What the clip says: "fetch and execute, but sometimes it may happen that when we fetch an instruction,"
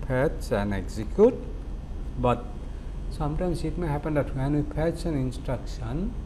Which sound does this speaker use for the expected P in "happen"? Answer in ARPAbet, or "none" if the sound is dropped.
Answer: P